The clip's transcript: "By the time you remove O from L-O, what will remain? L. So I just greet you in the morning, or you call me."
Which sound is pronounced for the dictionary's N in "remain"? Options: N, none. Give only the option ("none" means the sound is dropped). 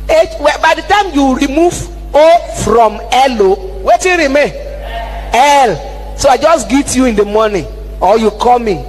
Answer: none